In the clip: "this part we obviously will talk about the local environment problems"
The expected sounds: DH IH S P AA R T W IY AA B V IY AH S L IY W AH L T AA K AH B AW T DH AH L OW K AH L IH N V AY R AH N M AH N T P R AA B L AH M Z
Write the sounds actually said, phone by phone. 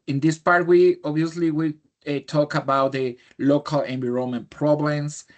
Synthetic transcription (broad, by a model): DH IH S P AA R T W IY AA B IY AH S L IY W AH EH T AA K AH B AW T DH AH L OW K AH L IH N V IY R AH M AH N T P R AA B L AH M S